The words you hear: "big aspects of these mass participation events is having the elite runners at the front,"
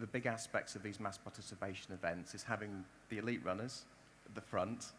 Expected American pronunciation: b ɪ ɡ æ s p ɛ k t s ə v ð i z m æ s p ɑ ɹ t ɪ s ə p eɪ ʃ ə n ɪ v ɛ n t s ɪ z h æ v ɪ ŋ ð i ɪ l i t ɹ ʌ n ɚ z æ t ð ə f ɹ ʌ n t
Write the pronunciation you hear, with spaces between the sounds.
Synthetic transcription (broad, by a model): b ɪ ɡ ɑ s p ɛ k t s ə v ð i z m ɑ s p ɑ t ɪ s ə p eɪ ʃ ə n ɪ v ɛ n t s ɪ z h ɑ v ɪ ŋ ð i ɪ l i t ɹ ʌ n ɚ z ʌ t ð ə f ɹ ʌ n t